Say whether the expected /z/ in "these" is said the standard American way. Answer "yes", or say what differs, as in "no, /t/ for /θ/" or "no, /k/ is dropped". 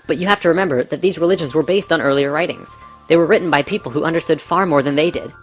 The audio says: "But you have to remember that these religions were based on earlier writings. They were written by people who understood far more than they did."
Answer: yes